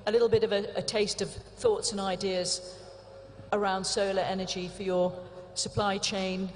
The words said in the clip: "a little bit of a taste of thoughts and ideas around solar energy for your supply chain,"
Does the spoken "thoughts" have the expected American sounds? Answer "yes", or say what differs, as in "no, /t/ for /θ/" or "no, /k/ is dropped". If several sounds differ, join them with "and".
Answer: yes